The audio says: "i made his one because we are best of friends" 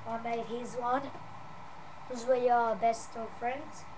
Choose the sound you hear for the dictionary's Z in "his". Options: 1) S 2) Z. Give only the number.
2